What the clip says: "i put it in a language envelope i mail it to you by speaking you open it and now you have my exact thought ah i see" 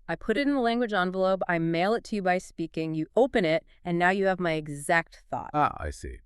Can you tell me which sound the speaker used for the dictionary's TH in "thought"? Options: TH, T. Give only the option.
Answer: TH